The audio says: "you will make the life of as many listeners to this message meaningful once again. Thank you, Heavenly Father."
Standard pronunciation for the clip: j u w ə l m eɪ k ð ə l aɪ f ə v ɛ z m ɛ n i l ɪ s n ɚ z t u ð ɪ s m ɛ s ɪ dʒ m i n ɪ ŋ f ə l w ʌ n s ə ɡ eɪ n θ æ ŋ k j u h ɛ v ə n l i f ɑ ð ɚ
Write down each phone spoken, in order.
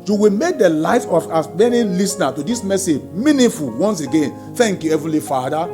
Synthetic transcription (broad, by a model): j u w ə l m eɪ k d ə l aɪ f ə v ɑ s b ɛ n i l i s n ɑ t u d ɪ s m ɛ s ɪ dʒ m i n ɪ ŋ f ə l w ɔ n s ə ɡ eɪ n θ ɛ ŋ k j u h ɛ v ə l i f ɑ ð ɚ